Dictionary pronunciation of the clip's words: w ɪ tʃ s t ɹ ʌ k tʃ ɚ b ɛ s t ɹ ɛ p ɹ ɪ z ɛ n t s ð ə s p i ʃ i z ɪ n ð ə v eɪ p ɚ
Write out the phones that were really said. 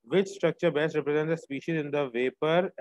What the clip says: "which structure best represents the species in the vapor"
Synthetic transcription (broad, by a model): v ɪ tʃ s t ɹ ʌ k tʃ ɚ b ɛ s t ɹ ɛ p ɹ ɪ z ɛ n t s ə s p i ʃ i z ɪ n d ə v eɪ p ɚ